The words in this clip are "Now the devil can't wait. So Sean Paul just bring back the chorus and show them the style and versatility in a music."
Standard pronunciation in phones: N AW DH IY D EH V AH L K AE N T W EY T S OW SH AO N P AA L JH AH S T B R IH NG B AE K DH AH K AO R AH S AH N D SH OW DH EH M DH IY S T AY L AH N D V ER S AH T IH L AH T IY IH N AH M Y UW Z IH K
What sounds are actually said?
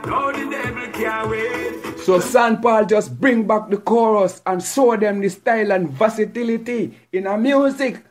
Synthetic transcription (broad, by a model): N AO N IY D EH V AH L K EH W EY S OW S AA N P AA L JH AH S B R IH NG B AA K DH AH K AO R AH S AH N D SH OW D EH M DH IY S T AY L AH N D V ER S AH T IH L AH T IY IH N AH M Y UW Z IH K